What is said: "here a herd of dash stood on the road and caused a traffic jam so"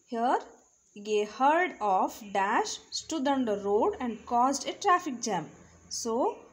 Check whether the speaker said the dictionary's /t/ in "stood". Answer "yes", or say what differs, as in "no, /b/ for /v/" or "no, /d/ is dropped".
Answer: yes